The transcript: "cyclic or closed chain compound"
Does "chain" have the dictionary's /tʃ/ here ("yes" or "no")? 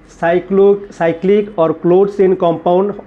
no